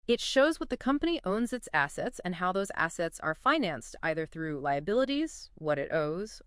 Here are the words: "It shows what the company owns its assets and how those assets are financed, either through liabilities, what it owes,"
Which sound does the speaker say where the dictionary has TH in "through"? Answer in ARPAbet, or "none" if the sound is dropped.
TH